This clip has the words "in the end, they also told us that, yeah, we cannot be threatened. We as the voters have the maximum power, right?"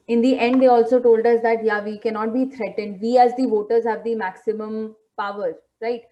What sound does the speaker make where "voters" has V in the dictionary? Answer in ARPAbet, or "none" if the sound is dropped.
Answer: V